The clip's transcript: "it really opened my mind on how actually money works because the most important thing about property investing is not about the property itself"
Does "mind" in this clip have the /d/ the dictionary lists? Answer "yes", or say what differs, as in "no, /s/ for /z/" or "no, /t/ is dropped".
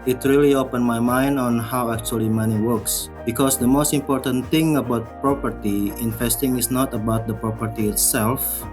yes